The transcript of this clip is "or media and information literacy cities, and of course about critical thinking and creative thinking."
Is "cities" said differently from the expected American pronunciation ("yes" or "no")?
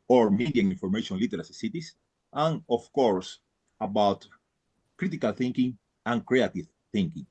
yes